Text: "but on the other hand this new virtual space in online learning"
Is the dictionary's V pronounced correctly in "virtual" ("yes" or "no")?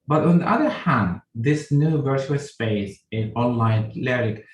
yes